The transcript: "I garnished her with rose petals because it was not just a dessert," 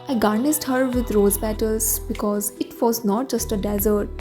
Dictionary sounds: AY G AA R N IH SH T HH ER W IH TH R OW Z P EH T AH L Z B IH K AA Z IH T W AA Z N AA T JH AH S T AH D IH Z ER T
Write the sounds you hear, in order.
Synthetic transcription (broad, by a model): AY G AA R N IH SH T HH ER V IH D R OW Z B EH T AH L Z B IH K AA Z IH T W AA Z N AA T JH AH S T AH D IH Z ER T